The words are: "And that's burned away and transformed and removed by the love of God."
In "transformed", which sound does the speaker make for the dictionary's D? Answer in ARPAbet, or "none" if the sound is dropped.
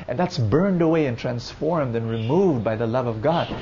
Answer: D